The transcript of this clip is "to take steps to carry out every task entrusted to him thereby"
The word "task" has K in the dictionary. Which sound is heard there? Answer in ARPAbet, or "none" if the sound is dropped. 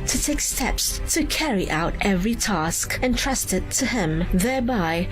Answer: K